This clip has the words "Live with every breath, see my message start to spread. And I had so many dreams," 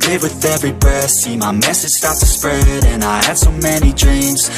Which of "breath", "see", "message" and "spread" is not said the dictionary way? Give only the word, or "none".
breath